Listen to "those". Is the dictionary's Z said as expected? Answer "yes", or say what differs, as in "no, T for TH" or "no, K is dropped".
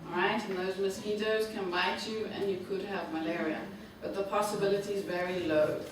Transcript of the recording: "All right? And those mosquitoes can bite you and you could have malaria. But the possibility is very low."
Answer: yes